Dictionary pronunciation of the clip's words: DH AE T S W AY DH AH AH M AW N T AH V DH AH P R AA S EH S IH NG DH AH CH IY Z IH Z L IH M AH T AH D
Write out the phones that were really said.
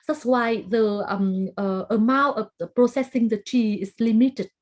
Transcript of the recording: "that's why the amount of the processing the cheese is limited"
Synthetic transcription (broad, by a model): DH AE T S W AY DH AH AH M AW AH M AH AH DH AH P R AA S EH S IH NG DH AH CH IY IH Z L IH M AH T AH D